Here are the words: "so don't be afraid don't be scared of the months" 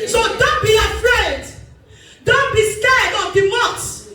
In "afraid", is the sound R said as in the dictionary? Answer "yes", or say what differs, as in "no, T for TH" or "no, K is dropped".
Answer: yes